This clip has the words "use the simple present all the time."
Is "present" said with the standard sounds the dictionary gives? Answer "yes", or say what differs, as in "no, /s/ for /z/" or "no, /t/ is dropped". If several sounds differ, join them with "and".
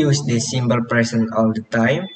no, /s/ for /z/ and /t/ is dropped